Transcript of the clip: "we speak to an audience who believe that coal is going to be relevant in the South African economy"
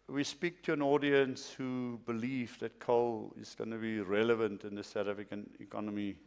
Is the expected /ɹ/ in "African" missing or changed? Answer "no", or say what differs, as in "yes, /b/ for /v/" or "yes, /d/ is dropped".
yes, /ɹ/ is dropped